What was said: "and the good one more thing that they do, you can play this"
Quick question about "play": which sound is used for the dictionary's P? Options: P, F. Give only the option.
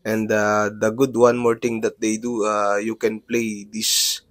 P